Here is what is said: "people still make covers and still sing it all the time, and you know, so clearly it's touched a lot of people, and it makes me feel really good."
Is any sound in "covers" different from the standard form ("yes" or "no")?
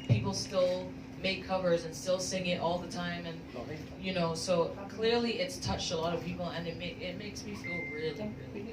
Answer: no